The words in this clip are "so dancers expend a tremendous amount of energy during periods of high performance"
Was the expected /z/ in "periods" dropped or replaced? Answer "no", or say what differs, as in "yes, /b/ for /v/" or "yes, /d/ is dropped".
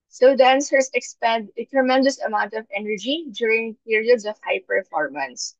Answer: yes, /s/ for /z/